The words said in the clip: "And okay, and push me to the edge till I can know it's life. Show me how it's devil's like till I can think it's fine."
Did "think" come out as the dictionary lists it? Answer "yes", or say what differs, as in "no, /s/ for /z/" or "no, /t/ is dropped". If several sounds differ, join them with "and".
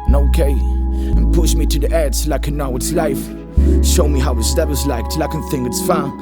no, /k/ is dropped